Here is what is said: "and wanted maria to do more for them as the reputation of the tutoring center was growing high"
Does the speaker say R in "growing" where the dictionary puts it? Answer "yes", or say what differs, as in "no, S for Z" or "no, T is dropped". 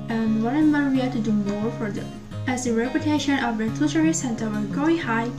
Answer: no, R is dropped